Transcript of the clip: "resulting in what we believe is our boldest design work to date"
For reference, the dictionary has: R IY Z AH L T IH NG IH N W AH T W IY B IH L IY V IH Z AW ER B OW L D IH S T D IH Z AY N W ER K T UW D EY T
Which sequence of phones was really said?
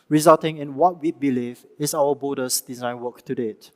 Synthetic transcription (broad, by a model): R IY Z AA L T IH NG IH N W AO T W IY B IH L IY V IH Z AW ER B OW D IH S D IH Z AY N W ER K T UW D EY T